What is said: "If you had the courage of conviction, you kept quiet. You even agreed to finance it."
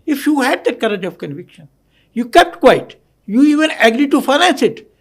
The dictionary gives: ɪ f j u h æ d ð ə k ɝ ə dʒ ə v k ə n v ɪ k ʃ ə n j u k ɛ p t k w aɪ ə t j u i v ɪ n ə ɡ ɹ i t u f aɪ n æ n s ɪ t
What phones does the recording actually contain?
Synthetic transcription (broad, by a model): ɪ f j u h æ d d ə k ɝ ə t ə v k ə n v ɪ k ʃ ə n j u k ɛ p t k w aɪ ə t j u i v ɪ n ə ɡ ɹ i t u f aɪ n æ n s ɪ t